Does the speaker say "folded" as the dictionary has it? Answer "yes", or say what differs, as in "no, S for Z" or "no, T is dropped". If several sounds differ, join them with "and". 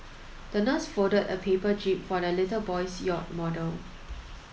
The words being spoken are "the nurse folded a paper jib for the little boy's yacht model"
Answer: no, L is dropped